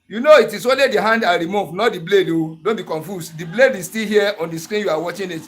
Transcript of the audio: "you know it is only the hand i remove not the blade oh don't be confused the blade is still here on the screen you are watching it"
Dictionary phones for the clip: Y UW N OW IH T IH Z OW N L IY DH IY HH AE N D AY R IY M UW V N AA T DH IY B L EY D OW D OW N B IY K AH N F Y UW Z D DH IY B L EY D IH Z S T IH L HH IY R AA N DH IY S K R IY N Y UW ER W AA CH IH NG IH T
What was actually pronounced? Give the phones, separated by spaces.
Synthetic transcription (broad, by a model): Y UW N OW IH T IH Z OW N L IY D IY HH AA N D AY R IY M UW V N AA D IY B L EY D OW D OW N B IY K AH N F Y UW S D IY B L EY D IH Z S T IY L HH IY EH AA N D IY S K R IY N Y UW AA W AA CH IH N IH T